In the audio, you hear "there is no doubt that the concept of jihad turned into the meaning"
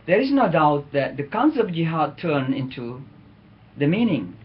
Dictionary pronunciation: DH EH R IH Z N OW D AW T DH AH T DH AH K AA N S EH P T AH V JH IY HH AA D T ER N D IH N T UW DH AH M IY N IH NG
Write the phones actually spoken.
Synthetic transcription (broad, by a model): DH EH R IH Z N OW D AW T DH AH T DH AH K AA N S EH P JH IY HH AA D T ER N IH N T UW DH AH M IY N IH NG